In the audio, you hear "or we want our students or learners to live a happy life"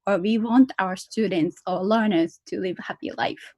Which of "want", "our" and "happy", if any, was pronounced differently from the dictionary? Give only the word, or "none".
none